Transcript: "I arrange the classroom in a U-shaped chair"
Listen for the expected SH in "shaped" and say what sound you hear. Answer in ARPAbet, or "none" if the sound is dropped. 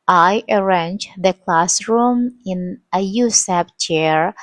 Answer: S